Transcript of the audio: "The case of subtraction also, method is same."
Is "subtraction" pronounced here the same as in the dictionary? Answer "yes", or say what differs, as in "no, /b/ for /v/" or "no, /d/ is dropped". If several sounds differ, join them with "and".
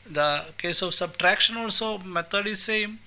yes